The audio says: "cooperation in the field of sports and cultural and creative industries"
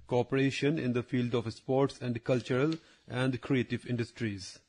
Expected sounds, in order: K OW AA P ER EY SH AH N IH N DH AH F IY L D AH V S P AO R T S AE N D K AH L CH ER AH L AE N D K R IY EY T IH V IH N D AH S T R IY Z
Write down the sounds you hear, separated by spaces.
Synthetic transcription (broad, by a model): K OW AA P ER EY SH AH N IH N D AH F IY L D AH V S P AO R T S AE N D K AH L CH ER AH L AE N D K R IY EY T IH V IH N D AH S T R IY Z